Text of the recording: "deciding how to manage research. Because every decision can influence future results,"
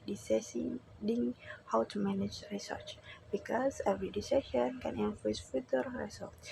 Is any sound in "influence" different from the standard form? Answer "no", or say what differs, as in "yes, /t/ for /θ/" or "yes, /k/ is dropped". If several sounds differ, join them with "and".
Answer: yes, /l/ is dropped and /n/ is dropped